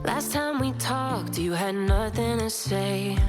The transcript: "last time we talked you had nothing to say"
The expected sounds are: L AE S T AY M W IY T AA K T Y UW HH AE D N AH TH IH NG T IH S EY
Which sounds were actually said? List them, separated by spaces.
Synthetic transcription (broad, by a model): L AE S T AY M W IY T AA K T Y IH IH D N AH TH IH NG T IH S EY